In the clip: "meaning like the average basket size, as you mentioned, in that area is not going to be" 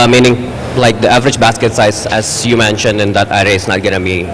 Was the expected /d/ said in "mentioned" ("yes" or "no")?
yes